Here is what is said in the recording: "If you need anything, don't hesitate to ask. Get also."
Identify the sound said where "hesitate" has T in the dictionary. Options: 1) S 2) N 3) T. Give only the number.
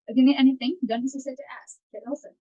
1